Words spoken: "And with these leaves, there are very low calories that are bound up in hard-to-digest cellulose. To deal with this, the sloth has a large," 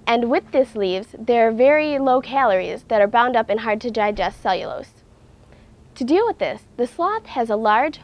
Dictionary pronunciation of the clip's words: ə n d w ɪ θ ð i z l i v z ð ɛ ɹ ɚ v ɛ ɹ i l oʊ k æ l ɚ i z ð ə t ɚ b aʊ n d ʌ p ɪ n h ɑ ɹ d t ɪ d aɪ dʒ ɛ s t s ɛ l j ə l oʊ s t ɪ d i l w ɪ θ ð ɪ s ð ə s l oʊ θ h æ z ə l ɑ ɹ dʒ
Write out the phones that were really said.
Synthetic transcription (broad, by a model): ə n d w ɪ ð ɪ s l i v z ð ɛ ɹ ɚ v ɛ ɹ i l oʊ k æ l ɚ i z ð ə t ɚ b aʊ n d ʌ p ɪ n h ɑ ɹ d t ɪ d aɪ dʒ ɛ s t s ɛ l j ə l oʊ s t ɪ d i l w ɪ ð ɪ s ð ə s l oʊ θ h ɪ z ə l ɑ ɹ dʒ